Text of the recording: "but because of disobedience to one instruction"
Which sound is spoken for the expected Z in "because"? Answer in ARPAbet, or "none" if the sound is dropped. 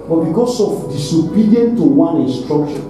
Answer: S